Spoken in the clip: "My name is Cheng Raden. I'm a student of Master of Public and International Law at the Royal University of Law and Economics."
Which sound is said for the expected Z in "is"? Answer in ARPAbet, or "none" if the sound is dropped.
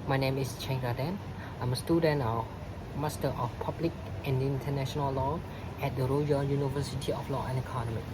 S